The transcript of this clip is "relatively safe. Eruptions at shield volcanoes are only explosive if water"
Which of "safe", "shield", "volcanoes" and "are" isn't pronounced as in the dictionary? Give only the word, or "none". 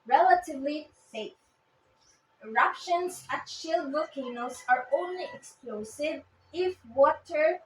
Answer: volcanoes